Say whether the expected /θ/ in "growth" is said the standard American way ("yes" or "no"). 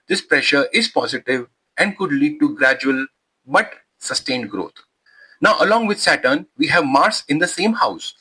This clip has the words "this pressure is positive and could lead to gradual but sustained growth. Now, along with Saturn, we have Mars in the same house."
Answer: no